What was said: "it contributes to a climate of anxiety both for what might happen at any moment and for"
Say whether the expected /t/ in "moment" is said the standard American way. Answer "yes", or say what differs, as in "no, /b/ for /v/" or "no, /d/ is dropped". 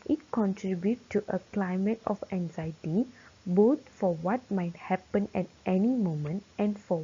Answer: yes